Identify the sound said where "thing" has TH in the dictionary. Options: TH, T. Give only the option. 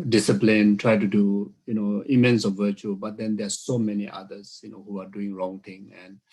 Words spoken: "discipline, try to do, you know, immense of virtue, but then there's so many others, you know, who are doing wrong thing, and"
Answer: T